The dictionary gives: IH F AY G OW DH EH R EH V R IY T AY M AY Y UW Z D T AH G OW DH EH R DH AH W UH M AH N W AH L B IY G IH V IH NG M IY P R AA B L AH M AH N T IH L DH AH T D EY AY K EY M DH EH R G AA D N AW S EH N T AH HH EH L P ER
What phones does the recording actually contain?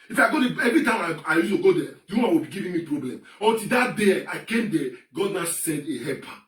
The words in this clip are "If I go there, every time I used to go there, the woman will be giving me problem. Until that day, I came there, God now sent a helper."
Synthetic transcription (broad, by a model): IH F AY G OW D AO EH V R IY T AY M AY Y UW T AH G OW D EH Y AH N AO AH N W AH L B IY G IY V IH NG M IY P R AA B L AH M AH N T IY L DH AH T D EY AY K EY M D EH G AA D N AW S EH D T AH HH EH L P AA